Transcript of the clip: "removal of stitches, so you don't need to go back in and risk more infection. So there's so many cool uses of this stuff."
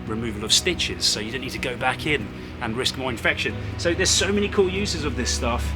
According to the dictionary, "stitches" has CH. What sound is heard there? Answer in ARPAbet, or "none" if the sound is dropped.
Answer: CH